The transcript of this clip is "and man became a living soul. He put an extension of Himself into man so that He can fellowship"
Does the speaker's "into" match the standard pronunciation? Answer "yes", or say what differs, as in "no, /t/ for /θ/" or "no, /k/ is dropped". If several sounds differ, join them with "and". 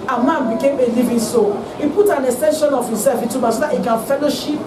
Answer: no, /n/ is dropped